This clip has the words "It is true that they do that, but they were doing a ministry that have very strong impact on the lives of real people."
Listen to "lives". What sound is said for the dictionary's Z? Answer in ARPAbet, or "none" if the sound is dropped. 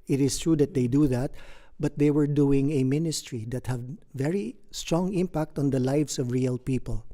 S